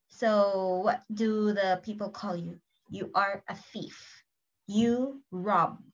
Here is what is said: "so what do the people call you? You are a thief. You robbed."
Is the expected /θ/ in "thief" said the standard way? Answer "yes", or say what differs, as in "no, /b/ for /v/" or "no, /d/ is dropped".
no, /f/ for /θ/